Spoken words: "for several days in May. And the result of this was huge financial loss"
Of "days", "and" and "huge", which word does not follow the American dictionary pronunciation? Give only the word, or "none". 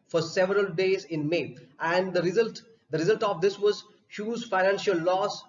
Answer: huge